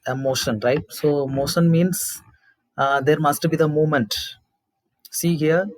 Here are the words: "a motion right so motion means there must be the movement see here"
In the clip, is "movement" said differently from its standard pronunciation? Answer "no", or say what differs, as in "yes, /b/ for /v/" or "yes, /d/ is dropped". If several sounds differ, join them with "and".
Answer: yes, /v/ is dropped